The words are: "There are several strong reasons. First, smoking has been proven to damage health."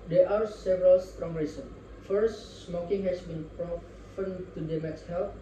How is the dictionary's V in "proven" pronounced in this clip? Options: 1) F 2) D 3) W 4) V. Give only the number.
1